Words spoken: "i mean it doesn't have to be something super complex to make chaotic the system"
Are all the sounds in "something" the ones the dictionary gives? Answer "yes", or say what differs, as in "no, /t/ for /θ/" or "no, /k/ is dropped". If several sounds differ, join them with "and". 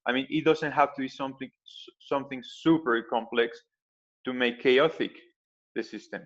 yes